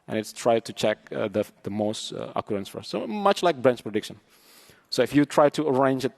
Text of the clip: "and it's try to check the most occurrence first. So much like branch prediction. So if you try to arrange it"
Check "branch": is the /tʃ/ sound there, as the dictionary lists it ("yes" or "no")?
no